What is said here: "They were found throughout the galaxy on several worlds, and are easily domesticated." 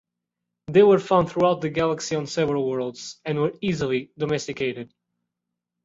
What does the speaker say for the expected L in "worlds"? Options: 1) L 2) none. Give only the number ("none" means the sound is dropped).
1